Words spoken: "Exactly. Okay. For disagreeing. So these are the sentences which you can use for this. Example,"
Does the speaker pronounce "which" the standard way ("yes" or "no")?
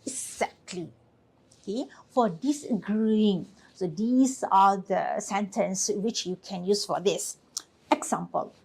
yes